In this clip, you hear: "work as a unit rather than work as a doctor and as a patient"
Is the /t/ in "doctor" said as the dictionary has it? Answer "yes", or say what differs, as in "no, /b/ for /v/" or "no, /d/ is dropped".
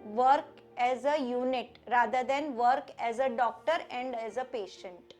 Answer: yes